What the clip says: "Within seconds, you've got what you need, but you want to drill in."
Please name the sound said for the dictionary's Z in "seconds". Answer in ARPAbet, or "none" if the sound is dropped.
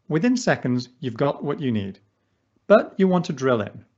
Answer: Z